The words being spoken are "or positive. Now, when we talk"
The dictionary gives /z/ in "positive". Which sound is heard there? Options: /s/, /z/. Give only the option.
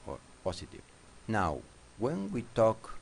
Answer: /s/